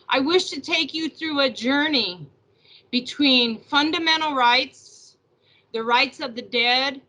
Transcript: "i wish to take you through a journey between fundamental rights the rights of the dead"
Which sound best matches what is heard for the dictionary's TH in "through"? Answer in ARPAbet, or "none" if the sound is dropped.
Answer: TH